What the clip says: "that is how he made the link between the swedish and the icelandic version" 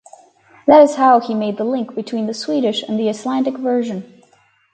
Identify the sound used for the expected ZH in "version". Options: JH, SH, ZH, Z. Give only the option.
ZH